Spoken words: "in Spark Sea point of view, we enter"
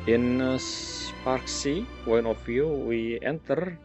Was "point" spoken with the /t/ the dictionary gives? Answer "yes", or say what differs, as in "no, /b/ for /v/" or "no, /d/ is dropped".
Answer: no, /t/ is dropped